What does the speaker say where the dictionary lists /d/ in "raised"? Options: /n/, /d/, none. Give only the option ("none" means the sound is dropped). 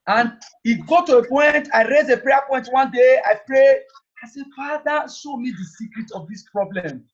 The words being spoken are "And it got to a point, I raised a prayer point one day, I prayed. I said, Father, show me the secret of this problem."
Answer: none